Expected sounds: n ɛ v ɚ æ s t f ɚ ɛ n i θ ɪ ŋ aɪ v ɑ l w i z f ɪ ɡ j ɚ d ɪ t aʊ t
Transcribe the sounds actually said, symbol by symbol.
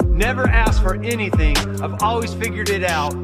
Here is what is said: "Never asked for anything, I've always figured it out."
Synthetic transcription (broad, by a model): n ɛ v ɚ æ s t f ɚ ɛ n i θ ɪ ŋ aɪ v ɑ l w i z f ɪ ɡ j ɚ d ɪ t aʊ t